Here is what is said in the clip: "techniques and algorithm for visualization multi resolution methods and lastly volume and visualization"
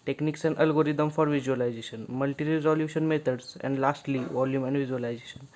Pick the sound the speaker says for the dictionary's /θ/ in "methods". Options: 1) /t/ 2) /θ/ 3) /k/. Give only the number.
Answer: 1